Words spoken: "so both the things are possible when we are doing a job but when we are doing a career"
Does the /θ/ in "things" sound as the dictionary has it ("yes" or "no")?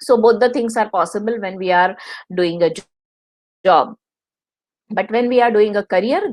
no